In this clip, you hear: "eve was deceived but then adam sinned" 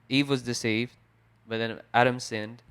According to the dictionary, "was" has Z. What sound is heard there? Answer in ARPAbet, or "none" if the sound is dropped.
Z